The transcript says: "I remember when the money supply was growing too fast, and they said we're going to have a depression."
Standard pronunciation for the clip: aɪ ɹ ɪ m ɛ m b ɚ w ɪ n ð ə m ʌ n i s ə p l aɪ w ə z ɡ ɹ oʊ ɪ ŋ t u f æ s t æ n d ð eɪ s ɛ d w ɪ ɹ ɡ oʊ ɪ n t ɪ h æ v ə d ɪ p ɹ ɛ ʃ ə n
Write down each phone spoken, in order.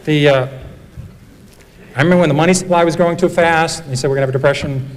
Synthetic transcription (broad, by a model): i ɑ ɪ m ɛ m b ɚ w ɪ n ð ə m ʌ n i s ə p l aɪ w ə z ɡ ɹ oʊ ɪ ŋ t u f æ s t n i s ɛ d w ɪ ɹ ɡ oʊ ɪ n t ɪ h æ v ə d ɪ p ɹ ɛ ʃ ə n